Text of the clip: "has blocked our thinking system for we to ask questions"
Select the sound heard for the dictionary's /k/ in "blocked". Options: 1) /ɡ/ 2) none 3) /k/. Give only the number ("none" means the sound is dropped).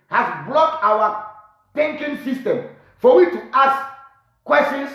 2